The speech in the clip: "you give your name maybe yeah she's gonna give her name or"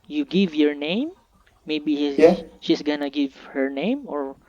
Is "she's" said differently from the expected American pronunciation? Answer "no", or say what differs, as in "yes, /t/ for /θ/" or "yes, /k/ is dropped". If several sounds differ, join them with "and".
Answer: yes, /s/ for /z/